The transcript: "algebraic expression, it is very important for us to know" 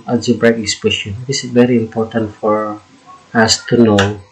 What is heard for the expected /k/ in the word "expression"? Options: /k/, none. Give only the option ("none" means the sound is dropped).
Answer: none